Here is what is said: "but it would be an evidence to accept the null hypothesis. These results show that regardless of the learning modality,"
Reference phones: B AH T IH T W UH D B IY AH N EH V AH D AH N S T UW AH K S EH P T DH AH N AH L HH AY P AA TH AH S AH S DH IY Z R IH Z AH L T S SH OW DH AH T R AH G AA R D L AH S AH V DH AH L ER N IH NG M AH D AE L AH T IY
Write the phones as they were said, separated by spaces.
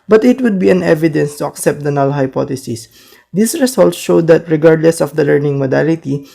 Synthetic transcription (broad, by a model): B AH T IH T W UH D B IY AH N EH V AH D AH N S T UW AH K S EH P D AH N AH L HH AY P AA T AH S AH S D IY S R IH S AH L T S SH OW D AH T R AH G AA R D L AH S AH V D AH L ER N IH NG M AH D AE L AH T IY